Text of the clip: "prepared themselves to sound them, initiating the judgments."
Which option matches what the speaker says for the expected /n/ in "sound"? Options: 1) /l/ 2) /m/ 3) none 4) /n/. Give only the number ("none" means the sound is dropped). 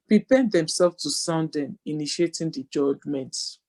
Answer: 4